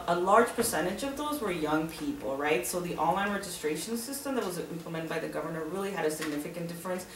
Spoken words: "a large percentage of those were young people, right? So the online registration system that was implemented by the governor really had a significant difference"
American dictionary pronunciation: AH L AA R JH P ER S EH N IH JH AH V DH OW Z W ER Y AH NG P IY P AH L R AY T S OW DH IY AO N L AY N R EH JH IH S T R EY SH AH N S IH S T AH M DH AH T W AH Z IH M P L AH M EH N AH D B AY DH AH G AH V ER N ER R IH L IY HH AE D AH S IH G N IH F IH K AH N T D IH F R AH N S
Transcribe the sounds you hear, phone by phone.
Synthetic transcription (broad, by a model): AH L AA R JH P ER S EH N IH JH AH V DH OW Z W ER Y AH NG P IY P L R AY T S OW DH IY AO N L AY N R EH JH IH S T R EY SH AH N S IH S T AH M DH AH T W AH Z IH M P L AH M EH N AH D B AY DH AH G AH V ER N ER R IH L IY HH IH D AH S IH G N IH F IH K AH N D IH F R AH N S